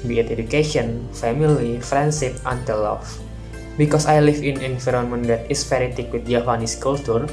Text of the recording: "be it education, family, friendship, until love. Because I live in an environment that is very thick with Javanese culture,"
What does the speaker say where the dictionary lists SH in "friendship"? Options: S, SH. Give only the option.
S